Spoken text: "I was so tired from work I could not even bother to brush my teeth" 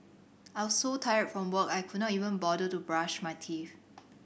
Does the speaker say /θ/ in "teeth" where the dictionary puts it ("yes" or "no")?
no